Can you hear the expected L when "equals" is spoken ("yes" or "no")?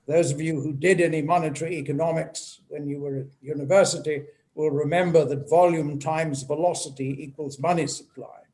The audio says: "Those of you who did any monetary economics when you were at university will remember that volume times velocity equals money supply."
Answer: yes